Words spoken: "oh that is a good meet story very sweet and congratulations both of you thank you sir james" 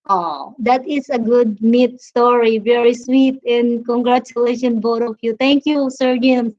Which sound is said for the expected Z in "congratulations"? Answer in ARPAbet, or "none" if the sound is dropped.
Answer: none